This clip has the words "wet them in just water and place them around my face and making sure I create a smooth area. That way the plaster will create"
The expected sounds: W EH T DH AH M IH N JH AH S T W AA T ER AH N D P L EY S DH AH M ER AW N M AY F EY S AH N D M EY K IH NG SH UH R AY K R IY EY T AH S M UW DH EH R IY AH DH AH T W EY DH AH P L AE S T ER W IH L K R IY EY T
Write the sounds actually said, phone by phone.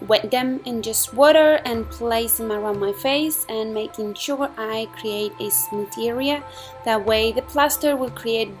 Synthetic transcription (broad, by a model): W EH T DH AH M IH N JH AH S T W AA T ER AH N P L EY S DH AH M ER AW N M AY F EY S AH N M EY K IH NG SH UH R AY K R IY EY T AH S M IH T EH R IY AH DH AH T W EY DH AH P L AE S T ER W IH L K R IY EY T